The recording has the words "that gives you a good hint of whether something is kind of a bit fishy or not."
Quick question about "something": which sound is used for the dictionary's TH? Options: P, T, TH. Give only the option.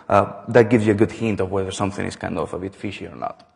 TH